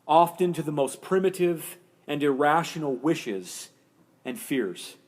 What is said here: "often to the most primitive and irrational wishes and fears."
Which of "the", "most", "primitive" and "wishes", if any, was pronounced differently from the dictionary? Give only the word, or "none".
none